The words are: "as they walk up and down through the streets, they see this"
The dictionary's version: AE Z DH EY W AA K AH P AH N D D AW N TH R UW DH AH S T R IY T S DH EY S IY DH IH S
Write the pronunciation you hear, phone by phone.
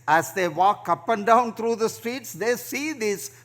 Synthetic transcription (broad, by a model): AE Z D EY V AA K AH P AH N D D AW N T R UW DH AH S T R IY T S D EY S IY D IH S